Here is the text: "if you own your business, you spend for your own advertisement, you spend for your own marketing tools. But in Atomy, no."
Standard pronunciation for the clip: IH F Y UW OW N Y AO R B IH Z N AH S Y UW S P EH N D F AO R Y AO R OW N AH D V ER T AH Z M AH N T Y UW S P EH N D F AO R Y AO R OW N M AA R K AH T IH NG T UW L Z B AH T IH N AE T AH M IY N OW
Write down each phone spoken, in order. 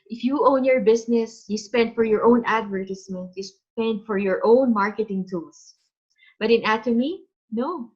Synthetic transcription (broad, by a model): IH F Y UW OW N Y AO R B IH S N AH S Y UW S P EH N D F AO R Y AO R OW N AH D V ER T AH S M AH N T Y UW S P EH N D F AO R Y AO R OW N M AA R K AH T IH NG T UW L S B AH T IH N AE T AH M IY N OW